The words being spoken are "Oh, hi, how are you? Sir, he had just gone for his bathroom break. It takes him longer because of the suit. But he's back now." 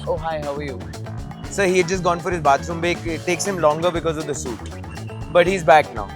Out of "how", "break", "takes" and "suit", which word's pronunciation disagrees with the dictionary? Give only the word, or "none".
break